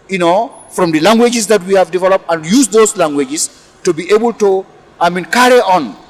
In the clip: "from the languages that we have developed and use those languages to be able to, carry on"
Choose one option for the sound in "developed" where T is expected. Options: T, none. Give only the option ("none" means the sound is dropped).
T